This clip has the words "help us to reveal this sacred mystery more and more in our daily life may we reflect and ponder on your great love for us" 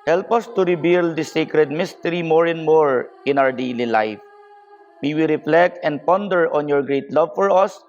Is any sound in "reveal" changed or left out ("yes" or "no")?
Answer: yes